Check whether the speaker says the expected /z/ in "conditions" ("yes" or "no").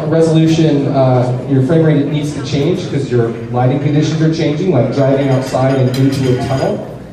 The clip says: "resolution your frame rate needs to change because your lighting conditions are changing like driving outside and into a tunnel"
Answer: yes